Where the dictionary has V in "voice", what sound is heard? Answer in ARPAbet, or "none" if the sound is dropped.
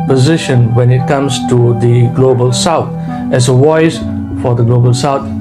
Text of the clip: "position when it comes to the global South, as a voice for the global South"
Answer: W